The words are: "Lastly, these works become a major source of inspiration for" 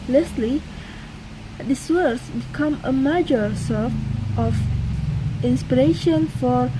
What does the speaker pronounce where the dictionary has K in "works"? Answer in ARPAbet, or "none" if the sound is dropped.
none